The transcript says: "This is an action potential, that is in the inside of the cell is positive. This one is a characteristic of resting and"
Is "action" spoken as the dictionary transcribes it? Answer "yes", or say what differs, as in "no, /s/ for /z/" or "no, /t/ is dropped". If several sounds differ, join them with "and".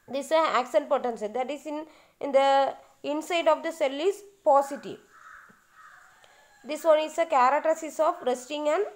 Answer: no, /s/ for /ʃ/